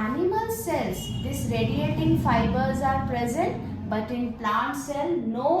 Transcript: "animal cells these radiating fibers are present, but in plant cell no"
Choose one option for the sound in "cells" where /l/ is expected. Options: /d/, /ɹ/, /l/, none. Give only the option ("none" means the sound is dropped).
none